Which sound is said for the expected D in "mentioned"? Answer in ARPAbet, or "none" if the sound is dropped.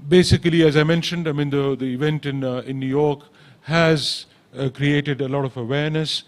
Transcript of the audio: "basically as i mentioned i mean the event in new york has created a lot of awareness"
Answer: D